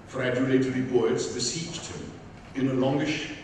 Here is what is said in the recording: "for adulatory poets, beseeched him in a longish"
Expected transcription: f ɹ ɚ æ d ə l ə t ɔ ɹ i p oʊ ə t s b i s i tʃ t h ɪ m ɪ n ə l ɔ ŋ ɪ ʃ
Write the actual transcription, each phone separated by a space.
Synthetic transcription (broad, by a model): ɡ ɹ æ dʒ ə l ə t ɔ ɹ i b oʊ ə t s b i s i tʃ t h ɪ m ɪ n ə l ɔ ŋ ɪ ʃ